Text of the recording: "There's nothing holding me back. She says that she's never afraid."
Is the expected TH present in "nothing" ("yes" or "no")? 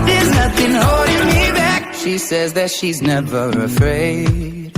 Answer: yes